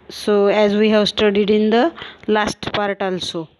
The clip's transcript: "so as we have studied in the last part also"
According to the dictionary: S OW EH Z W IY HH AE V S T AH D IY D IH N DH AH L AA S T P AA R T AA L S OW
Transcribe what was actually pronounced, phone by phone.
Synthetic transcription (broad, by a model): S OW EH Z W IY HH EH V S T AH D IY D IH N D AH L AA S T P AA R T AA L S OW